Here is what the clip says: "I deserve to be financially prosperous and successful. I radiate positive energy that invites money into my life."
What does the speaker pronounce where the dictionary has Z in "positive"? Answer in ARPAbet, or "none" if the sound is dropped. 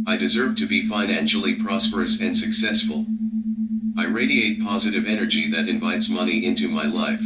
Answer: Z